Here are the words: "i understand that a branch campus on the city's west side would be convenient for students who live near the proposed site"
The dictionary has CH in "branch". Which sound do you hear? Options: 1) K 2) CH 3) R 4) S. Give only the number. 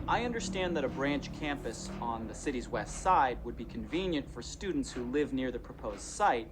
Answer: 2